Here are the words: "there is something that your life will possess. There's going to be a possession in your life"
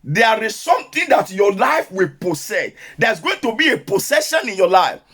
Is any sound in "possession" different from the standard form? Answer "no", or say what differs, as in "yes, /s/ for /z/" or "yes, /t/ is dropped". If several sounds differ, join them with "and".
yes, /s/ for /z/